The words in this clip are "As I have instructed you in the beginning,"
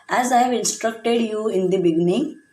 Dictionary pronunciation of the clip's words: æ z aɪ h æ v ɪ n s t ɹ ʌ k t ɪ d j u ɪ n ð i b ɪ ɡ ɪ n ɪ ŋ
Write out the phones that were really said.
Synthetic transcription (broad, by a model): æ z aɪ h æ v ɪ n s t ɹ ʌ k t ɪ d j u ɪ n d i b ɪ ɡ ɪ n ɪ ŋ